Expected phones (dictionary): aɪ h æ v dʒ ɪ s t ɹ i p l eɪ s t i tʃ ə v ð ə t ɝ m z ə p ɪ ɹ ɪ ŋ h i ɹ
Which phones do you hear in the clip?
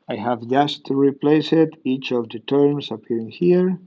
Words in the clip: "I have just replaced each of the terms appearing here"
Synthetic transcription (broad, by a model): aɪ h æ v dʒ ɪ s t ɹ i p l eɪ s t i tʃ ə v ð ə t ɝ m s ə p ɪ ɹ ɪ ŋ h i ɹ